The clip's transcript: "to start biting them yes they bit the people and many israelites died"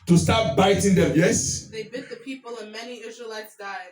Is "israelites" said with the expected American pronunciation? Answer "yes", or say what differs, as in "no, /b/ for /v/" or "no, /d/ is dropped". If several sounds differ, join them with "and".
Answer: yes